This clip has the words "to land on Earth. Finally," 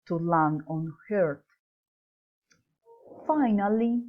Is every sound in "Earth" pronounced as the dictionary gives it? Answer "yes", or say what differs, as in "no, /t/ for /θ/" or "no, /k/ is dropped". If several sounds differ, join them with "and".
no, /t/ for /θ/